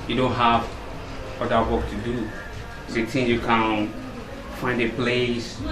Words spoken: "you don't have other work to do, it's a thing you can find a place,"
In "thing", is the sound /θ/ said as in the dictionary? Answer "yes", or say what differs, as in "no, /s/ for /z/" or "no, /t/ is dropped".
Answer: no, /t/ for /θ/